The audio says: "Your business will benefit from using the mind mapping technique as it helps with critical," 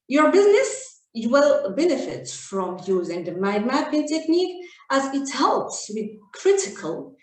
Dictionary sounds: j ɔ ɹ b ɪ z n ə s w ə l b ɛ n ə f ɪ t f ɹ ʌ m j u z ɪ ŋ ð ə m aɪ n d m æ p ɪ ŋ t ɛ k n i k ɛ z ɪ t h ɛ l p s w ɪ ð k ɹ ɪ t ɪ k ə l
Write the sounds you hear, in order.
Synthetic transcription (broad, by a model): j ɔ ɹ b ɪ z n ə s w ə l b ɛ n ə f ɪ t f ɹ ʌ m j u z ɪ ŋ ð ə m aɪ d m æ b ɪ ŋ t ɛ k n i k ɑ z ɪ t h ɛ l p s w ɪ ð k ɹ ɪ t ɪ k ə l